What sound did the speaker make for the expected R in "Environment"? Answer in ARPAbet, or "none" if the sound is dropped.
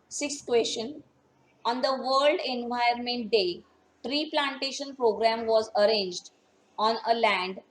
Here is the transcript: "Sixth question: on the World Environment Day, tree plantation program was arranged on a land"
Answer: none